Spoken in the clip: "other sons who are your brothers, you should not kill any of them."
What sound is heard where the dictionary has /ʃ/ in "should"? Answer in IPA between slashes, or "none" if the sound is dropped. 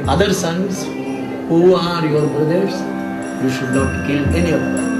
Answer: /ʃ/